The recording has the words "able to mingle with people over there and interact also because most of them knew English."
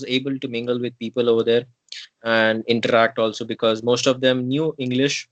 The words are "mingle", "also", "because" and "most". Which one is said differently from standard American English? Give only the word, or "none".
none